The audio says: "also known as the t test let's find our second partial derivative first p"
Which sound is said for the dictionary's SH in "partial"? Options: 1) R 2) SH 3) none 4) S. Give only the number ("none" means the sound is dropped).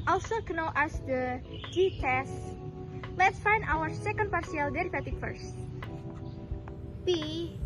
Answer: 4